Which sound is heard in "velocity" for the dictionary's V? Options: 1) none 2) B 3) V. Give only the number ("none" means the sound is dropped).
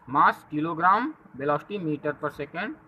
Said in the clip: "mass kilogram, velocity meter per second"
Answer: 2